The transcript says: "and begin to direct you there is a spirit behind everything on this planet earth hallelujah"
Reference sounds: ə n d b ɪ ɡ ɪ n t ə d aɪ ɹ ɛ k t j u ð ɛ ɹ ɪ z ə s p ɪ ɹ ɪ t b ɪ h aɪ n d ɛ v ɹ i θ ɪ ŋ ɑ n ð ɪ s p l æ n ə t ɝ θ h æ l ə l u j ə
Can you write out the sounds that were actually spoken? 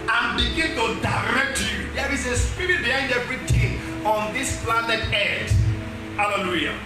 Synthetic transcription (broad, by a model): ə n b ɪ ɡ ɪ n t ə d aɪ ɹ ɛ k t j u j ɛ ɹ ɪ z ə s p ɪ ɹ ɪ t b ɪ h aɪ n d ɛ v ɹ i t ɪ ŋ ɑ n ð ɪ s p l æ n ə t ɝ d h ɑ l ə l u j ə